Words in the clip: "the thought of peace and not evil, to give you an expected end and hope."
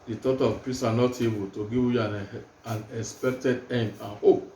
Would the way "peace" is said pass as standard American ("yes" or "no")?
yes